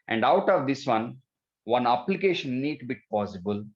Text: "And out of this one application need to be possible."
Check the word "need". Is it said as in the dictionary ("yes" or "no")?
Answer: yes